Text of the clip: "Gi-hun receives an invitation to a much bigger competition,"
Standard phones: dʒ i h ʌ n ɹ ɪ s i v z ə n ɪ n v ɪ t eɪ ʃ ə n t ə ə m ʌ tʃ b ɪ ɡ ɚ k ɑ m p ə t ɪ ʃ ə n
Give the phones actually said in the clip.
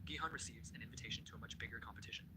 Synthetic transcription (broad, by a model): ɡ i h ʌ n ɹ ɪ s i v z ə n ɪ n v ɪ t eɪ ʃ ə n t ə ə m ʌ tʃ b ɪ ɡ ɚ k ɑ m p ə t ɪ ʃ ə n